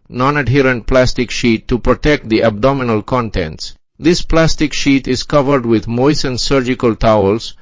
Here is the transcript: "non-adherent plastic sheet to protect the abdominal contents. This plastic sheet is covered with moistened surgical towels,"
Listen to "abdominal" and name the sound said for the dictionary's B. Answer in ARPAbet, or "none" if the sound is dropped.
B